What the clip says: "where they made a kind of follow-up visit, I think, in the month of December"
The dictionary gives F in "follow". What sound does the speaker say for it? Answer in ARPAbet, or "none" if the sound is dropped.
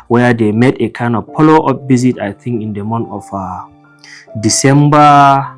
P